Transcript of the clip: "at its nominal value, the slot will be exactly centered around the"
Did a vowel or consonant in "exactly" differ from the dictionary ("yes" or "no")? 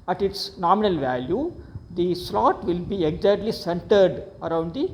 yes